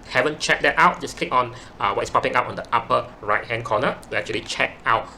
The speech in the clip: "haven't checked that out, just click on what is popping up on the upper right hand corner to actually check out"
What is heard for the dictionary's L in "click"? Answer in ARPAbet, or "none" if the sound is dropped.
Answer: L